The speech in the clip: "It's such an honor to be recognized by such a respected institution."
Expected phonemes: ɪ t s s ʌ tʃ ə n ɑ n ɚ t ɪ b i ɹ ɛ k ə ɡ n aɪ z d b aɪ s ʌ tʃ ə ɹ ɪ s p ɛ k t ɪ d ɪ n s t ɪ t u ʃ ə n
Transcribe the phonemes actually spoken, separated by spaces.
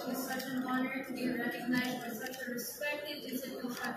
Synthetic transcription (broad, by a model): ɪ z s s ʌ tʃ ə n ɑ n ɚ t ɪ b i ɹ ɛ k ə ɡ n aɪ z d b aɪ s ʌ tʃ ə ɹ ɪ s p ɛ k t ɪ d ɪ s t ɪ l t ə